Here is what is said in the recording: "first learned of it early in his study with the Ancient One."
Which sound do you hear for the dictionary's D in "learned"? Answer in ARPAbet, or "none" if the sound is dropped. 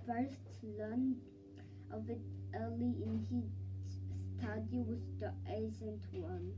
none